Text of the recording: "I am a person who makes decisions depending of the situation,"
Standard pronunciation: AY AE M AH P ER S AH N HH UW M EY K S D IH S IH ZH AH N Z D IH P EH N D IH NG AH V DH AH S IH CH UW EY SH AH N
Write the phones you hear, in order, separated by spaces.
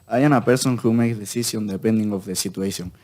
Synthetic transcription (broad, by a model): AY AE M AH P ER S AH N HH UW M EY K S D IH S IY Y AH N D IH P EH N D IH NG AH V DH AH S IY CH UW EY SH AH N